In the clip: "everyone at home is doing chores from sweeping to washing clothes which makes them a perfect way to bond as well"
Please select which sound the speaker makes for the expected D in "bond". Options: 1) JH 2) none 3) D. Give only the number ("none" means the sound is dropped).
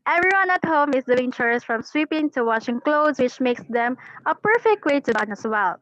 2